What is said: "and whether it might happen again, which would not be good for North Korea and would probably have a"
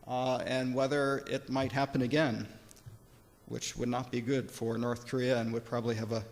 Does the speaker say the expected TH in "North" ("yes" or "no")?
yes